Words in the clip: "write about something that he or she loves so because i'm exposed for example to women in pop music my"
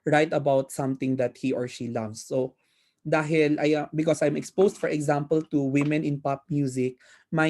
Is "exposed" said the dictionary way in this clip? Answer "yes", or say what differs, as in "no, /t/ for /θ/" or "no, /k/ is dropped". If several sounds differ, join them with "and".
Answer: no, /s/ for /z/